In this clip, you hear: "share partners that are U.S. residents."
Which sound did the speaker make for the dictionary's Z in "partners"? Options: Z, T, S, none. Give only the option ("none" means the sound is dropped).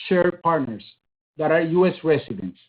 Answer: S